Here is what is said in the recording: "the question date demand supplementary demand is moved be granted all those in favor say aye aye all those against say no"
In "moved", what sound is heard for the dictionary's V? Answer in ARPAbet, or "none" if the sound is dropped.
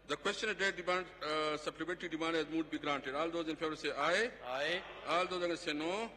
none